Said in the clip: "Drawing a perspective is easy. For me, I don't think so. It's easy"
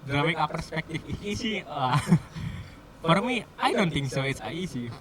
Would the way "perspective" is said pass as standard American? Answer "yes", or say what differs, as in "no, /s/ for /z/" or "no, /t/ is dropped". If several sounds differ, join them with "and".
no, /f/ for /v/